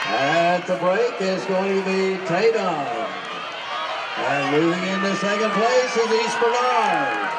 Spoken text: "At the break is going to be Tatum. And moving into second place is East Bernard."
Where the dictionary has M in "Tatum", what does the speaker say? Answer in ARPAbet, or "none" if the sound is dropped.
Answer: none